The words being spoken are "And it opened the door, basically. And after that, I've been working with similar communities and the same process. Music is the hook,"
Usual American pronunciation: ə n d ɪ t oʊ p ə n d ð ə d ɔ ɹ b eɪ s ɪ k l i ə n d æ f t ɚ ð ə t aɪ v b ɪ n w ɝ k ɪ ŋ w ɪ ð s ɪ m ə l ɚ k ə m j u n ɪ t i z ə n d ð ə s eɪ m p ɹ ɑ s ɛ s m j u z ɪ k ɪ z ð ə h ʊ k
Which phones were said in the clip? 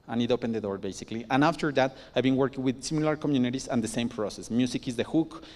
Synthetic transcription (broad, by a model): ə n ɪ t oʊ p ə n d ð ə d ɔ ɹ b eɪ s ɪ k l i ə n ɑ f t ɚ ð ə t aɪ b ɪ n w ɝ k ɪ ŋ w ɪ ð s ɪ m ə l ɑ k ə m j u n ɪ t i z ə n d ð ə s eɪ m p ɹ ɑ s ɛ s m j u s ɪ k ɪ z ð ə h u k